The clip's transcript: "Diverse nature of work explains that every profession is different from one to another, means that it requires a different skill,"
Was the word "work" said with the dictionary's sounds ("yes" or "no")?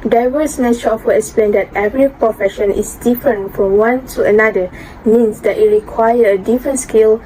no